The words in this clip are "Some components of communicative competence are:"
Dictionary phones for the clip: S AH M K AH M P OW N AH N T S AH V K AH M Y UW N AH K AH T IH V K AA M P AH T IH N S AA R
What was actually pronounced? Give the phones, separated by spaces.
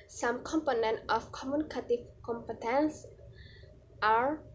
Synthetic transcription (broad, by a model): S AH M K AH M P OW N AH N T AH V K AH M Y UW N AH K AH T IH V K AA M P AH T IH N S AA R